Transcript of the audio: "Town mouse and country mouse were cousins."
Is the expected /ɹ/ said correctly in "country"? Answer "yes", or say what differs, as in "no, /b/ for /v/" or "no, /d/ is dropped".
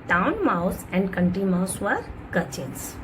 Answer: no, /ɹ/ is dropped